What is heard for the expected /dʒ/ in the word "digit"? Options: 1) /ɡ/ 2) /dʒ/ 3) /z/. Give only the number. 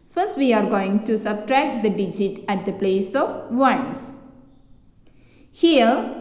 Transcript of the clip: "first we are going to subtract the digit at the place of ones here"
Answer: 2